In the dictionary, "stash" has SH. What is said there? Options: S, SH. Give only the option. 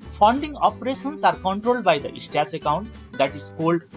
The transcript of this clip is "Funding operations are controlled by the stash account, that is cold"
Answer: S